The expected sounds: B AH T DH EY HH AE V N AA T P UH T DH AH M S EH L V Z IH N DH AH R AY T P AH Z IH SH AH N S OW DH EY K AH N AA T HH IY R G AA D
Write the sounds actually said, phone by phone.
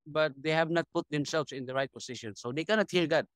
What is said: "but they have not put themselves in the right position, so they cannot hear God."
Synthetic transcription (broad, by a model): B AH T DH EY HH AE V N AA T P UH T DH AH M S EH L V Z IH N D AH R AY T P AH S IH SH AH N S OW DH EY K AH N AA T HH IY R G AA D